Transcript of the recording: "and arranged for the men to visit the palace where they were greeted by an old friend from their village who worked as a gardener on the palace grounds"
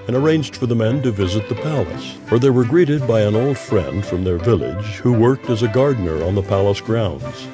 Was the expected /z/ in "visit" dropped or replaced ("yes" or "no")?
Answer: no